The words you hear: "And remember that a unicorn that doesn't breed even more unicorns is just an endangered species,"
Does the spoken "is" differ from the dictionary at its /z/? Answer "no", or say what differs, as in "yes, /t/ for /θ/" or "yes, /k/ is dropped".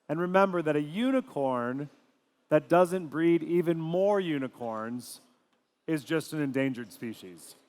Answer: no